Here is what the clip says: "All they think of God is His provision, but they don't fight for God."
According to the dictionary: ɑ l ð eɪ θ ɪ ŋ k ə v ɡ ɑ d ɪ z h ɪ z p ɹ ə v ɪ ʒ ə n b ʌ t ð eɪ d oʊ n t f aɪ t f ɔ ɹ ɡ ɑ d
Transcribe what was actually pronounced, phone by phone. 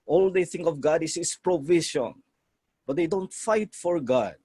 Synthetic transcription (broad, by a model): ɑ l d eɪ θ ɪ ŋ k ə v ɡ ɑ d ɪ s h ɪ s p ɹ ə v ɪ ʃ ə n b ʌ t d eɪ d oʊ n t f aɪ t f ɔ ɹ ɡ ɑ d